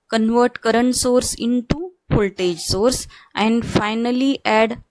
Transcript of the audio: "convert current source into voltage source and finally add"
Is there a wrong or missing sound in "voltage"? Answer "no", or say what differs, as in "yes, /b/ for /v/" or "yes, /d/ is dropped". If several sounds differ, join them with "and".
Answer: yes, /p/ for /v/